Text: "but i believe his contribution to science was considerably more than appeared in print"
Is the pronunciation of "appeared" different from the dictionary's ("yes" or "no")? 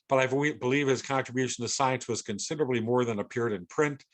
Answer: no